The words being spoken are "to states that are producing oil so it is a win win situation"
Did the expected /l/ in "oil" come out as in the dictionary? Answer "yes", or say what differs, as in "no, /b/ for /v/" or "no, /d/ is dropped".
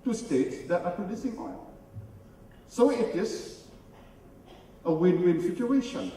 no, /n/ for /l/